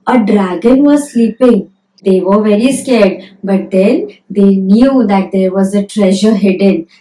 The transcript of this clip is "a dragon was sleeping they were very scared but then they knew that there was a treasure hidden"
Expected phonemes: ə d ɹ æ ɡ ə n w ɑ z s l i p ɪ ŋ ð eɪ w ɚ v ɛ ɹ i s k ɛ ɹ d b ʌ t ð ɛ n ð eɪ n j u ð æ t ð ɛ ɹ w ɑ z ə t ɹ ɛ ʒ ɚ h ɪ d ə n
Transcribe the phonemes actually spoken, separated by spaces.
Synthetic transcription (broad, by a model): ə d ɹ æ ɡ ə n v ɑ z s l i p ɪ ŋ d eɪ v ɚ v ɛ ɹ i s k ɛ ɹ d b ʌ t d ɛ n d eɪ n j u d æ t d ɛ ɹ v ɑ z ə t ɹ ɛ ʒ ɚ h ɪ d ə n